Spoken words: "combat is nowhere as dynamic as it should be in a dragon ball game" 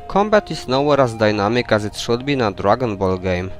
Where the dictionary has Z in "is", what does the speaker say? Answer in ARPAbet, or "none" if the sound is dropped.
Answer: S